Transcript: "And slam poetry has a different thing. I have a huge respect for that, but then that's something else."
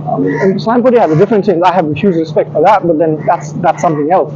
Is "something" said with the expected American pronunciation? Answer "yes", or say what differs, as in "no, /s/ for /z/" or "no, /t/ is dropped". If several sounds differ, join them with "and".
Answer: yes